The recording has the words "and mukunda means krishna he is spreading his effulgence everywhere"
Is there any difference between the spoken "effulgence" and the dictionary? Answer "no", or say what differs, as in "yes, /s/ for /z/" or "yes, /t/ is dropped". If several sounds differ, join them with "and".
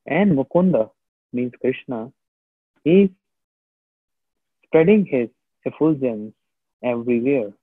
yes, /l/ is dropped